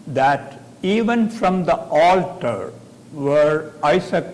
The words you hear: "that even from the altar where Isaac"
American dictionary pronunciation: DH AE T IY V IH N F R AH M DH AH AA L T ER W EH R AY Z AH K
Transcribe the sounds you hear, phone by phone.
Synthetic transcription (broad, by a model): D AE T IY V IH N F R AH M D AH AA L T ER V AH R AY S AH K